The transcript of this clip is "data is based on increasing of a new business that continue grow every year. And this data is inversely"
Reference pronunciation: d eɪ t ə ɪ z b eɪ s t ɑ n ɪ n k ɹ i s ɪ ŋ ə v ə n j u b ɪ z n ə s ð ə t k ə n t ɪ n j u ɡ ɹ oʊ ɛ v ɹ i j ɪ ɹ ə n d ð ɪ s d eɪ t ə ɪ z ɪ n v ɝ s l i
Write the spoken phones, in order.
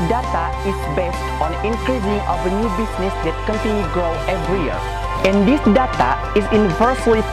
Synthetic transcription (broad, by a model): d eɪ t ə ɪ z b eɪ s t ɑ n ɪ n k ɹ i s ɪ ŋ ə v ə n j u b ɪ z n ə s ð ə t k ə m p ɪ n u ɡ oʊ ɛ v ɹ i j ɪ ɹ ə n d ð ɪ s d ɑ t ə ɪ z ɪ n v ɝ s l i